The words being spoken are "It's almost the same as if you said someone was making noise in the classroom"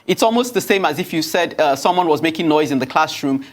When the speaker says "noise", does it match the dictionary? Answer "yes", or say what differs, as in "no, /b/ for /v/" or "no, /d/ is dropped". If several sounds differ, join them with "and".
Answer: yes